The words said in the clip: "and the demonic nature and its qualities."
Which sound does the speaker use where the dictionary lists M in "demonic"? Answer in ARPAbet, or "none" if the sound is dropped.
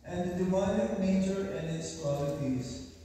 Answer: none